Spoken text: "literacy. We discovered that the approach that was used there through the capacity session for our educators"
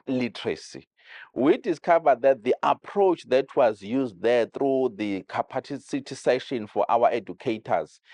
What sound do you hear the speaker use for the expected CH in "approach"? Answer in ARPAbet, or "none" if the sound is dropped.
CH